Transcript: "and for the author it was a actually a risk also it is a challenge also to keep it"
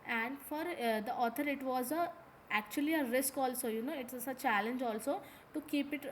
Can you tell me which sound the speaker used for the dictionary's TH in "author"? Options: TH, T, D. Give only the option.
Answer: T